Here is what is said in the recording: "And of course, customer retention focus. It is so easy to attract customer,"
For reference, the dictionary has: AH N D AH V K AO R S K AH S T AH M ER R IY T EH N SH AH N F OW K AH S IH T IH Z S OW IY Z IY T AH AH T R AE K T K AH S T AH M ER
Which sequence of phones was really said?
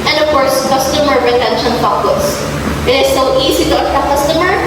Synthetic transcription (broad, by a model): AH N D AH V K AO R S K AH S T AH M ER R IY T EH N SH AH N P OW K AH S IH T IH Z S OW IY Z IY T AH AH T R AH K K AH S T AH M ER